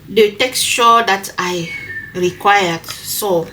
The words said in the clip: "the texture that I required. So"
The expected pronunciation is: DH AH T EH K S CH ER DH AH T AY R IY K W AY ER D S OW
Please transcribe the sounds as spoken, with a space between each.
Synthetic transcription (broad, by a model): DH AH T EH K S SH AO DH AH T AY R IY K W AY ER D S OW